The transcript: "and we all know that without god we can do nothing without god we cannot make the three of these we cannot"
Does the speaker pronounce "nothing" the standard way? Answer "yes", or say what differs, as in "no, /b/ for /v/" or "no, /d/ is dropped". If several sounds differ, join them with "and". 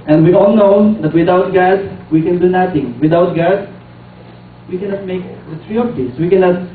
no, /t/ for /θ/